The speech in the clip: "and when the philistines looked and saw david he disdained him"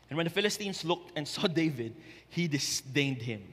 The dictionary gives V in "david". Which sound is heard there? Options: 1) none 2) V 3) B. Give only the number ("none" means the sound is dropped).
2